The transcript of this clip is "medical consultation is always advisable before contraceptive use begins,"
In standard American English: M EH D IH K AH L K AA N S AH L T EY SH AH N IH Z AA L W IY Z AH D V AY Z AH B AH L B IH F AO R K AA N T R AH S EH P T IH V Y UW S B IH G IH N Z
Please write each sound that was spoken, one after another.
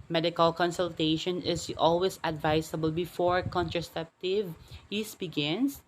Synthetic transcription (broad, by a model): M EH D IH K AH L K AA N S AH L T EY SH AH N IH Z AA L W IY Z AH D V AY S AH B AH L B IH F AO R K AA N T R AH S EH P T IH V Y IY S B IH G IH N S